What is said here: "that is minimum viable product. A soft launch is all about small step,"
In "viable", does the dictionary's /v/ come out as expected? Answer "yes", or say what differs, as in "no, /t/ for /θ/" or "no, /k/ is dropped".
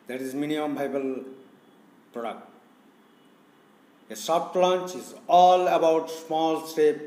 no, /b/ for /v/